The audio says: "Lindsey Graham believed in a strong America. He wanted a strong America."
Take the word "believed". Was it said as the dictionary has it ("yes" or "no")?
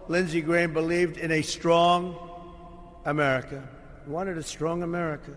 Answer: yes